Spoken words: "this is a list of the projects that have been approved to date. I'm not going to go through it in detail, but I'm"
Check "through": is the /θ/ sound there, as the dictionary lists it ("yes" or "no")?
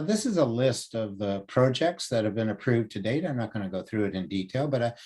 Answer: yes